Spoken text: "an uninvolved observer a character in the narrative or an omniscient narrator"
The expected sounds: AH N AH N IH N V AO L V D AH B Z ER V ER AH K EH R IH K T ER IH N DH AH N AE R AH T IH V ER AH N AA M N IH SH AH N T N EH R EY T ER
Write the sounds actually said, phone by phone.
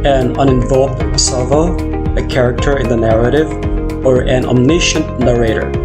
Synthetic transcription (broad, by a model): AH N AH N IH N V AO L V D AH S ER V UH AH K EH R IH K T ER IH N DH AH N AE R AH T IH V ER AH N AA M N IH SH AH N T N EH R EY T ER